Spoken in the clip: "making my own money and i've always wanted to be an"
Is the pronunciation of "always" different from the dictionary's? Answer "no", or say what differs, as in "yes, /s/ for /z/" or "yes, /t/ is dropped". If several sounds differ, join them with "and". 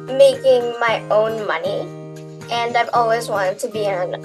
no